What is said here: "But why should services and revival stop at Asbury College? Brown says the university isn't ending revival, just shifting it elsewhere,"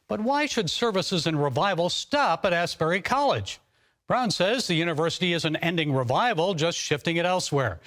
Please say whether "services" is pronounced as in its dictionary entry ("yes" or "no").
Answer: yes